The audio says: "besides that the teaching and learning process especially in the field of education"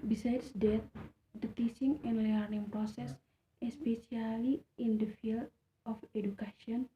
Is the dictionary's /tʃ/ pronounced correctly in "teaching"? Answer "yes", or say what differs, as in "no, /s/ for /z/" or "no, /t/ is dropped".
no, /s/ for /tʃ/